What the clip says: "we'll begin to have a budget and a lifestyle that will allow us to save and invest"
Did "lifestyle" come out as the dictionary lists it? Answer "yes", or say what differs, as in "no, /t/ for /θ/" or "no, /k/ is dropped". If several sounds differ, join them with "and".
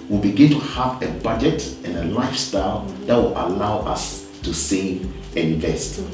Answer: yes